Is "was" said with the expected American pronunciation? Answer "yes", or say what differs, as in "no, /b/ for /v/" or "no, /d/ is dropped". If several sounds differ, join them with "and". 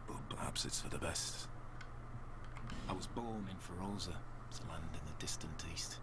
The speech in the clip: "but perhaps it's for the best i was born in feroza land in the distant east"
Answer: yes